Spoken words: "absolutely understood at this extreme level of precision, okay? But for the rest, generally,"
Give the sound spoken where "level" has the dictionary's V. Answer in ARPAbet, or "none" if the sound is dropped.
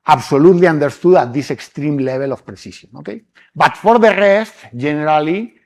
B